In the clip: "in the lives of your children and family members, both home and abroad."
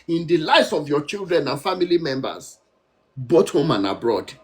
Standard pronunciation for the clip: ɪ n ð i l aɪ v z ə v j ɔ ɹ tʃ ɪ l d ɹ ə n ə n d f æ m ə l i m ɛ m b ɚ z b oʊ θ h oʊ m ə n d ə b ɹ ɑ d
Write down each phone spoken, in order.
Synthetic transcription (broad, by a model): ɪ n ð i l aɪ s ə v j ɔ tʃ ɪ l d ɹ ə n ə n f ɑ m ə l i m ɛ m b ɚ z b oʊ t h oʊ m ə n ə b ɹ ɑ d